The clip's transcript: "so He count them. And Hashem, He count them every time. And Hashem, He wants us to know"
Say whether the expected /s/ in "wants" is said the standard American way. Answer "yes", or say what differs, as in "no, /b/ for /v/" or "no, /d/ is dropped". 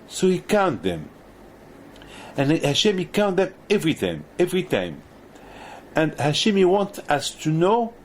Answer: no, /s/ is dropped